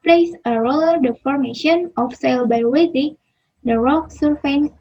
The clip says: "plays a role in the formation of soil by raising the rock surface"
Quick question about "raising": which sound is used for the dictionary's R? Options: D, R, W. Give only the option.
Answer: W